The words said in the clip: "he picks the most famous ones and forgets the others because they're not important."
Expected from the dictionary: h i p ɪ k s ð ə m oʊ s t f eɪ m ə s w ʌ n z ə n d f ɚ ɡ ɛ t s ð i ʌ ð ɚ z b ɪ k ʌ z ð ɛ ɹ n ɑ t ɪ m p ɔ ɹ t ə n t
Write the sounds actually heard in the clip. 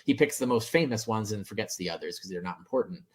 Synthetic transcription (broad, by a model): h i p ɪ k s ð ə m oʊ s t f eɪ m ə s w ʌ n z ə n f ɚ ɡ ɛ t s ð i ʌ ð ɚ z k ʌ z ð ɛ ɹ n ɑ t m p ɔ ɹ t n t